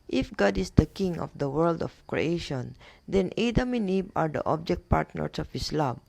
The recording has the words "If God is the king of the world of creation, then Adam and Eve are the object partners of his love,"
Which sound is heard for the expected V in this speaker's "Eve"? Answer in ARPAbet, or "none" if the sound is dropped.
B